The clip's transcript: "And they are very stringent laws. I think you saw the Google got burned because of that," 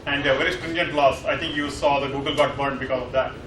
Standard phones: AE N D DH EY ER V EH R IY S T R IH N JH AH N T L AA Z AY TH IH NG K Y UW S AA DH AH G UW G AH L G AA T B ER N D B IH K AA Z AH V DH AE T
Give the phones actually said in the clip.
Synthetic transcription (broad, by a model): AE N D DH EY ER V EH R IY S T R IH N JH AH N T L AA S AY T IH NG K Y UW S AA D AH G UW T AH L G AA T B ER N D B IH K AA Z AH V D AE T